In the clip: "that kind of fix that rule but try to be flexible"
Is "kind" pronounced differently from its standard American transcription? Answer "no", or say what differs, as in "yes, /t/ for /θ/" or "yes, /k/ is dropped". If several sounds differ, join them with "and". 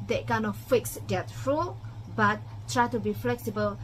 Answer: yes, /d/ is dropped